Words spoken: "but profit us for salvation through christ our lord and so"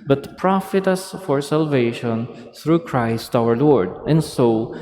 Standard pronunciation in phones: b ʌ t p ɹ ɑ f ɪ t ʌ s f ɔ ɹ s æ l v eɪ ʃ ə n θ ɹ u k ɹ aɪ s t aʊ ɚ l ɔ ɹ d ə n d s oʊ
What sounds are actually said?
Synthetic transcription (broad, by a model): b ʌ t p ɹ ɑ f ɪ t ʌ s f ɔ ɹ s æ l v eɪ ʃ ə n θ ɹ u k ɹ aɪ s t aʊ ɚ l ɔ ɹ d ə n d s oʊ